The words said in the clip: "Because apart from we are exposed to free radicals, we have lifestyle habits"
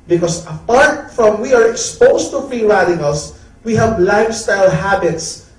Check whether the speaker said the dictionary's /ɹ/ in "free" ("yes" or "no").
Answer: no